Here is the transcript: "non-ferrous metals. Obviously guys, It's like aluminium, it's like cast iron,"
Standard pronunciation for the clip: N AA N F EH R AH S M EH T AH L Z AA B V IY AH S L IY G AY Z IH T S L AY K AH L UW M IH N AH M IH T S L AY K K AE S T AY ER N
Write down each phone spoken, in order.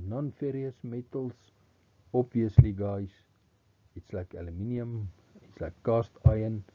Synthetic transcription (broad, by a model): N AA N F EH R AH S M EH T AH L S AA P V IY AH S L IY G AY S IH T S L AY K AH L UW M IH N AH M IH T S L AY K K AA S T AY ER N